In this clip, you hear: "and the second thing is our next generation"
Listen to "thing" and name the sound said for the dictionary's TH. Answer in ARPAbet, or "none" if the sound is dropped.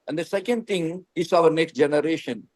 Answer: T